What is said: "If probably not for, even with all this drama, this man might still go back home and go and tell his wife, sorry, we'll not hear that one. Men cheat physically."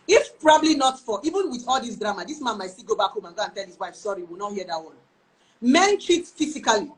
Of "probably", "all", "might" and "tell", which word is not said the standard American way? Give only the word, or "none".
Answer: none